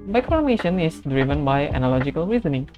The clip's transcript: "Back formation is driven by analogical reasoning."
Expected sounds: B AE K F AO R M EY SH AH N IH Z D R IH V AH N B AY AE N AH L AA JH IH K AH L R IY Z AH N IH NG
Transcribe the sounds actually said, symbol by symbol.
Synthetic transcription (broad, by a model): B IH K F AO R M EY SH AH N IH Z D R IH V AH N B AY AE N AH L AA JH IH K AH L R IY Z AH N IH NG